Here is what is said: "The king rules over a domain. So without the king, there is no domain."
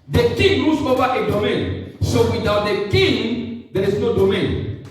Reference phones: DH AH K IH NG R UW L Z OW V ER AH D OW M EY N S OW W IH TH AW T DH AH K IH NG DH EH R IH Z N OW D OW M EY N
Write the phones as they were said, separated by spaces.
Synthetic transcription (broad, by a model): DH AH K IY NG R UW Z OW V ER AH D OW M EY N S OW W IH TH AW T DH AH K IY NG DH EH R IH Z N OW D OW M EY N